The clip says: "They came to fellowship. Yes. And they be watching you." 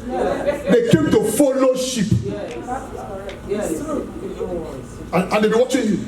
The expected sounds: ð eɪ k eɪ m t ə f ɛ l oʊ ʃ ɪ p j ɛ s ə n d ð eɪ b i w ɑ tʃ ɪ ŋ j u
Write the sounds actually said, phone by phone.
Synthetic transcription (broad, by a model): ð eɪ k eɪ m t ə f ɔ l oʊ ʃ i p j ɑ ə n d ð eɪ b i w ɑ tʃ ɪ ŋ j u